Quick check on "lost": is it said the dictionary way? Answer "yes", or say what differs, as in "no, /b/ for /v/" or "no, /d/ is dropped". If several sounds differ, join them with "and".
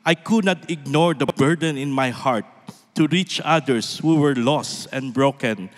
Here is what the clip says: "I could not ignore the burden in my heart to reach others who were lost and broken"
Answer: yes